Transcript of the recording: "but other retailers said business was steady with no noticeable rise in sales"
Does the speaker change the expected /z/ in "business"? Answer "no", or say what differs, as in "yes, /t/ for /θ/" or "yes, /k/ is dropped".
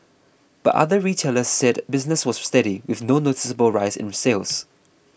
no